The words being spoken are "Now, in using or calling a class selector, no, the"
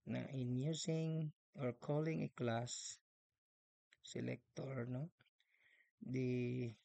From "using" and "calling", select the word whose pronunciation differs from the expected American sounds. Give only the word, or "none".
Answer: using